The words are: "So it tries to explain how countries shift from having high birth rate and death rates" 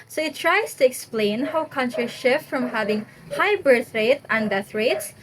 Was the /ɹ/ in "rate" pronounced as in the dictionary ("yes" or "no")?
yes